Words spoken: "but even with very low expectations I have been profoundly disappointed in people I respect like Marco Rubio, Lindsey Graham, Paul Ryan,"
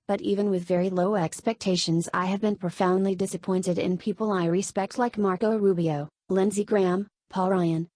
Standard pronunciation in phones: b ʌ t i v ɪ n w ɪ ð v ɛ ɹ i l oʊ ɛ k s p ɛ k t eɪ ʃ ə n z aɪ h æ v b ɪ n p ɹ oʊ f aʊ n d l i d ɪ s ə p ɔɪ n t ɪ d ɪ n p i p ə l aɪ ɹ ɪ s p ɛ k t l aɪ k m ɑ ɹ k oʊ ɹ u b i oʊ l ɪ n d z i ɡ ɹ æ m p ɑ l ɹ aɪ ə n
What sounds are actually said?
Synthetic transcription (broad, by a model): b ʌ t i v ɪ n w ɪ ð v ɛ ɹ i l oʊ ɛ k s p ɛ k t eɪ ʃ ə n z aɪ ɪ v b ɪ n p ɹ oʊ f aʊ n d l i d ɪ s ə p ɔɪ n t ɪ d ɪ n p i p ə l aɪ ɹ ɪ s p ɛ k t l aɪ k m ɑ ɹ k oʊ ɹ u b i oʊ l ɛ n z i ɡ ɹ æ m p ɑ l ɹ aɪ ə n